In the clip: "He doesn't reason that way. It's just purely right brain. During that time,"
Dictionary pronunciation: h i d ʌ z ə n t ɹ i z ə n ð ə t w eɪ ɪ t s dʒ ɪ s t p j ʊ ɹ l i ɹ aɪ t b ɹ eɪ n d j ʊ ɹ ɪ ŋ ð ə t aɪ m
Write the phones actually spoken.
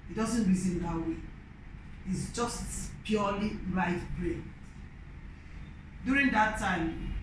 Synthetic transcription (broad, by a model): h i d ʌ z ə n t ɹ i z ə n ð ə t w eɪ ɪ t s dʒ ɪ s t p j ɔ l i l aɪ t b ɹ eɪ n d j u ɹ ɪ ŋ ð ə t aɪ m